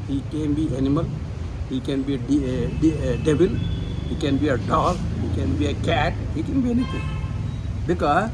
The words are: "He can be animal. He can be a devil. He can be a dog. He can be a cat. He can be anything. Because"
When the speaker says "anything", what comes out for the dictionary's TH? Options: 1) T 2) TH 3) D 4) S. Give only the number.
1